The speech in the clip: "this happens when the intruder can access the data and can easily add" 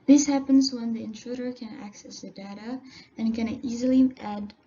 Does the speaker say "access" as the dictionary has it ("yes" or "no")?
yes